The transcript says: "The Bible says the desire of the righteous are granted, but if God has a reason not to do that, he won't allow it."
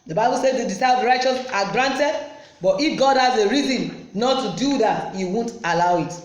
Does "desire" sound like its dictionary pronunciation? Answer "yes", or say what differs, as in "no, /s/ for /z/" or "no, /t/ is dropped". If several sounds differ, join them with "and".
no, /s/ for /z/